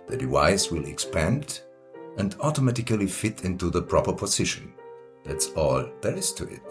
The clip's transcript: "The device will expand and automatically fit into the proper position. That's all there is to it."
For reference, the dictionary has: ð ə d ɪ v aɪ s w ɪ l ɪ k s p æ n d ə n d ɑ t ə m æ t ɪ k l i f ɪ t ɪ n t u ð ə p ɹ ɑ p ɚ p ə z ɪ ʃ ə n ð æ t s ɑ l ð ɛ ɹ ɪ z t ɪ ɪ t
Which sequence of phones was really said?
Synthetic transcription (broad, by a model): ð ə d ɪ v aɪ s w ɪ l ɪ k s p æ n d ə n d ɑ t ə m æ t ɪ k l i f ɪ t ɪ n t u ð ə p ɹ ɑ p ɚ p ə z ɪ ʃ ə n ð æ t s ɑ l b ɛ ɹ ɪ s t ɪ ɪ t